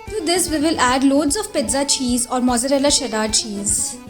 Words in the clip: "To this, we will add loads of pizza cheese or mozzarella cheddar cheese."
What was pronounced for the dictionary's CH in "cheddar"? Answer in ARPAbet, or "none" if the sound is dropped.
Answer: SH